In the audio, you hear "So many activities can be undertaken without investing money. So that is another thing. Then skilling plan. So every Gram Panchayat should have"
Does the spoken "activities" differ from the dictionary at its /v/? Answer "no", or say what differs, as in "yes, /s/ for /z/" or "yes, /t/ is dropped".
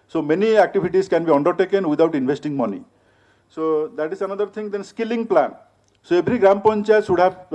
yes, /b/ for /v/